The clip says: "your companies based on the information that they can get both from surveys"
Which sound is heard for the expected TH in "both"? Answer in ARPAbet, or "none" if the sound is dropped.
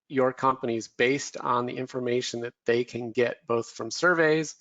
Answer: TH